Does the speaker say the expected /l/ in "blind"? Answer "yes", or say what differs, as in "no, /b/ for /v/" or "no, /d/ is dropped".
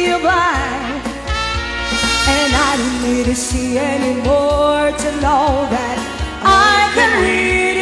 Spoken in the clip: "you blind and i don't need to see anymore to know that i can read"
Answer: no, /l/ is dropped